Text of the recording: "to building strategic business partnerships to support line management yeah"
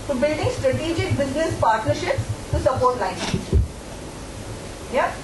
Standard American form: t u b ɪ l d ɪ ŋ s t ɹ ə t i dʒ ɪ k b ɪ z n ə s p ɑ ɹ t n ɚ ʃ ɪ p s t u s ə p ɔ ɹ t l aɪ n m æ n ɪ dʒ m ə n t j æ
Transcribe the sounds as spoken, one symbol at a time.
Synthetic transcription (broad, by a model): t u b ɪ l d ɪ ŋ s t ɹ ə t i dʒ ɪ k b ɪ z n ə s p ɑ ɹ t n ɚ ʃ ɪ p s t u s ə p ɔ ɹ t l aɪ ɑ ɪ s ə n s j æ